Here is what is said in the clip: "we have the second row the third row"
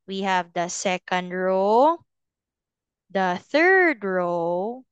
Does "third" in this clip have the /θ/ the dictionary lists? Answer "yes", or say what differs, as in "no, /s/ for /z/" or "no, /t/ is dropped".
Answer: yes